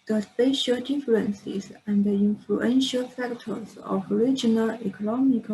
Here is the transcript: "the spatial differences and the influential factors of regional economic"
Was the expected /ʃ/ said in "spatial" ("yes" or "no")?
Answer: yes